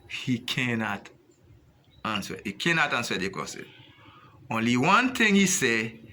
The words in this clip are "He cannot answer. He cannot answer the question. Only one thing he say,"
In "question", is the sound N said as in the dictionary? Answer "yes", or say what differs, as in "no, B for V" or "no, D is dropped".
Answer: no, N is dropped